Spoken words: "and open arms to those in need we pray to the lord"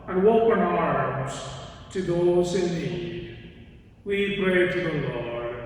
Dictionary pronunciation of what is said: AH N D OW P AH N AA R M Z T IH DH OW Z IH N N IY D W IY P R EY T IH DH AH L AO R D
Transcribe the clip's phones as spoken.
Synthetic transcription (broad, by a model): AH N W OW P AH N AA R M Z T IH DH OW Z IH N N IY D W IY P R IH T IH DH AH L AO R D